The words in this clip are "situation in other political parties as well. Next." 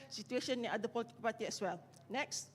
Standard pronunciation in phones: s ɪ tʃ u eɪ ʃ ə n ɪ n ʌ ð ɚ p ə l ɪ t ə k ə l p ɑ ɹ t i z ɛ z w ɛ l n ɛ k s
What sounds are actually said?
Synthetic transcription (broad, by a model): s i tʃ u eɪ ʃ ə n ɪ n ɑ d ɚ p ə l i t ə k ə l p ɑ t i ɛ s w ɛ l n ɛ k s